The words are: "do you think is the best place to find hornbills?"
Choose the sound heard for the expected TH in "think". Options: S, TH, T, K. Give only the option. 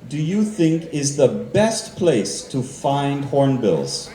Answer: TH